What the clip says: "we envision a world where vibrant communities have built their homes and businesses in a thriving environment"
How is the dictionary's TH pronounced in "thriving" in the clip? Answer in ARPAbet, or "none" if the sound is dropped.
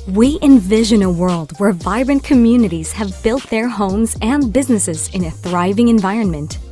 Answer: TH